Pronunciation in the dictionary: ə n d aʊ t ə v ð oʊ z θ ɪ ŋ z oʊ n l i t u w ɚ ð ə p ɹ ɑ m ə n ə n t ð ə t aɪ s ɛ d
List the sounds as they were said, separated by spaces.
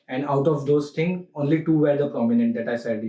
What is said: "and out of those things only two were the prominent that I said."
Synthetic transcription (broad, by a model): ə n d aʊ t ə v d oʊ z t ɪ ŋ oʊ n l i t u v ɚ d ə p ɹ ɑ m ə n ə n t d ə t aɪ s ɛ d